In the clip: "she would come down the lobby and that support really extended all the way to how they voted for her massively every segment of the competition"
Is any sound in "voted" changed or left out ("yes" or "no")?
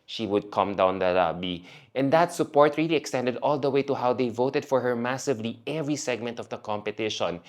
no